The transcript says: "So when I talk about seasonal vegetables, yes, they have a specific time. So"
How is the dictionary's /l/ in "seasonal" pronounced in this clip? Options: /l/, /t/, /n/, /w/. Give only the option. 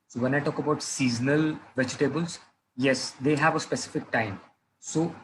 /l/